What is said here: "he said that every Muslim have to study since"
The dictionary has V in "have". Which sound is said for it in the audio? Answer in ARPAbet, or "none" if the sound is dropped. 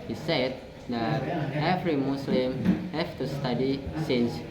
F